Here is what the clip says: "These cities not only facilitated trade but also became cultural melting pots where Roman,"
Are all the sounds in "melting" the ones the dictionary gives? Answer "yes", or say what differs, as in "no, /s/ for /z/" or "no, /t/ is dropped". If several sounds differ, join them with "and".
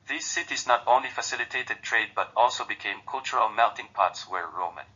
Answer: no, /n/ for /l/